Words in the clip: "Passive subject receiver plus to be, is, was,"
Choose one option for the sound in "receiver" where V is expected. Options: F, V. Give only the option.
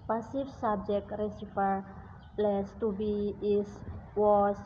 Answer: F